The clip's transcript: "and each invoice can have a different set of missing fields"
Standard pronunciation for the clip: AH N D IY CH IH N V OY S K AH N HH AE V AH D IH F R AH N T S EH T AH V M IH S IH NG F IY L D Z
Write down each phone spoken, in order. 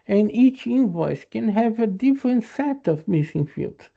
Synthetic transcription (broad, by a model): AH N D IY CH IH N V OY S K AH N HH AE V AH D IH F R AH N T S EH T AH V M IH S IH NG F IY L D